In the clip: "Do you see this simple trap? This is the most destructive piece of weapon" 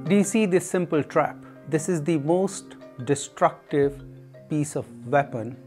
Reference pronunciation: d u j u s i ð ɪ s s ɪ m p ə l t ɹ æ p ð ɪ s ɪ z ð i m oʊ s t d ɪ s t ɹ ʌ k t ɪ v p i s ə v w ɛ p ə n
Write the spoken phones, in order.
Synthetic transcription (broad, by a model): d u j u s i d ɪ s s ɪ m p ə l t ɹ æ p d ɪ s ɪ z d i m oʊ s t d ɪ s t ɹ ʌ k t ɪ v p i s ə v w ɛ p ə n